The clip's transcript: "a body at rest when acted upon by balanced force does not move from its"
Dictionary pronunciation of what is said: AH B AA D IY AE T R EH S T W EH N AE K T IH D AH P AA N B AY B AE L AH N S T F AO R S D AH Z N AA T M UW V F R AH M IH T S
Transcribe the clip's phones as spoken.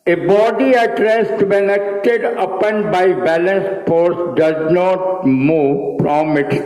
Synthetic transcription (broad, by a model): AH B AA D IY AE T R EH S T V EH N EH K T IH D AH P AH N B AY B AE L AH N S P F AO R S D AH Z N AA T M UW V P R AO M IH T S